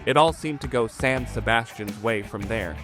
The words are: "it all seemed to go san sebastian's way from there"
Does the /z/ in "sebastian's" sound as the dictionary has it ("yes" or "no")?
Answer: yes